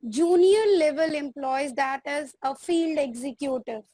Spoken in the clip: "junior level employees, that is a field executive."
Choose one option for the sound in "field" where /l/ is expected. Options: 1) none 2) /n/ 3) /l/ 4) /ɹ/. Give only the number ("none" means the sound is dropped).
3